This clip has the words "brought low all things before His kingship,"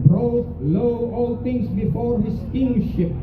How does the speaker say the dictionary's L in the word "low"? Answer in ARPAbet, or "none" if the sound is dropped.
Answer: L